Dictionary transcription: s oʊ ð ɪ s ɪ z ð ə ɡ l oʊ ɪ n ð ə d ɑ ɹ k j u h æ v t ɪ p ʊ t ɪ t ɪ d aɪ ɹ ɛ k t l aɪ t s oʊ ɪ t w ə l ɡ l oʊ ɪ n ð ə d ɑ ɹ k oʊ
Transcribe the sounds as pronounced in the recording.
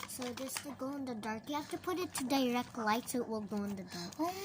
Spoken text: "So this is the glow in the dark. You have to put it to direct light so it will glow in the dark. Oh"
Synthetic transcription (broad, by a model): s oʊ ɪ ɪ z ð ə ɡ oʊ ɪ n ð ə d ɑ ɹ k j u h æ f t ɪ p ʊ t ɪ t ɪ d aɪ ɹ ɛ k t l aɪ t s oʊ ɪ t w ə l ɡ oʊ ɪ n ð ə d ɑ ɹ k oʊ